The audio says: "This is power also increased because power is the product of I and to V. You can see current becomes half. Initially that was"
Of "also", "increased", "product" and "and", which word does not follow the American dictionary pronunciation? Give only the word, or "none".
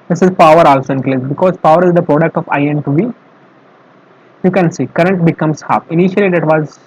increased